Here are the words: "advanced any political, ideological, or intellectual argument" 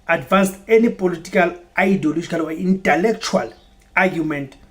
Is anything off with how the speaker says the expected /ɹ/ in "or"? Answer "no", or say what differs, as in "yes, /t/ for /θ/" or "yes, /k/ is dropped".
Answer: yes, /w/ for /ɹ/